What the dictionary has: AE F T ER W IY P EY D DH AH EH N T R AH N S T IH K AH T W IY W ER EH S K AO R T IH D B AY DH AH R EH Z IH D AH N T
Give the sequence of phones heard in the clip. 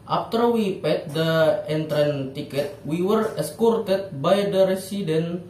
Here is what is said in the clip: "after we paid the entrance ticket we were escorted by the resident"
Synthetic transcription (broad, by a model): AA F T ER W IY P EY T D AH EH N T R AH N T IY K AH T W IY W ER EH S K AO R T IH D B AY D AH R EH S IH D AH N